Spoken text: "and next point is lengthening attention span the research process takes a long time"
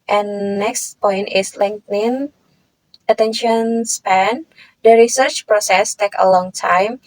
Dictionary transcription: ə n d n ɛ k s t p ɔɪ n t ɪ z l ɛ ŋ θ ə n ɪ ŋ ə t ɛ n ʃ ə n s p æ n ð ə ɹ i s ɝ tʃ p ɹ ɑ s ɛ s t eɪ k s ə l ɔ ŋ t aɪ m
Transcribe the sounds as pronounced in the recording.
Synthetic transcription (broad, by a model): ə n n ɛ k s t p ɔɪ n t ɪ s l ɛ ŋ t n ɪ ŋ ə t ɛ n ʃ ə n s p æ n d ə ɹ i s ɝ tʃ p ɹ ɑ s ɛ s t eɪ k ə l ɔ ŋ t aɪ m